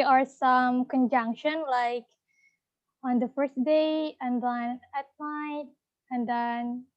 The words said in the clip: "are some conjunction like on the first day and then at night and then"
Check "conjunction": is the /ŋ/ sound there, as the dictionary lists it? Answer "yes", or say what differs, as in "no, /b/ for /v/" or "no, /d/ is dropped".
yes